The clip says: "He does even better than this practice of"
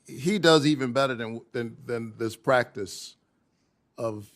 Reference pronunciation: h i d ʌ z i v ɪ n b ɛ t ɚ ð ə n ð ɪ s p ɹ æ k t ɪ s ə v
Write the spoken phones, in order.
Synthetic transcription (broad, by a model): h i d ʌ z i v ɪ n b ɛ t ɚ ð ə n ð ɪ s p ɹ æ k t ɪ s ə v